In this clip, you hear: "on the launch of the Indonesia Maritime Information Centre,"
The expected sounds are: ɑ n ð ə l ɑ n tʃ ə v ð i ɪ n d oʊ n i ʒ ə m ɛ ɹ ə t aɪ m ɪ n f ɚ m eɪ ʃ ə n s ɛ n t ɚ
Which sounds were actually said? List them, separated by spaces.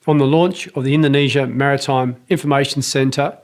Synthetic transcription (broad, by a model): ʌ n ð ə l ɑ n tʃ ə v ð i ɪ n d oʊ n i ʒ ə m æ ɹ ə t aɪ m ɪ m f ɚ m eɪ ʃ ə n s ɛ n t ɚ